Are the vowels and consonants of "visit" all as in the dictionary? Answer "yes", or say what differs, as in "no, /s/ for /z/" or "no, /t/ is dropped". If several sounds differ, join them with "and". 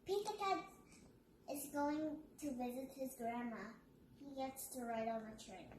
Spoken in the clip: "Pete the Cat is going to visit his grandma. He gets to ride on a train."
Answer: yes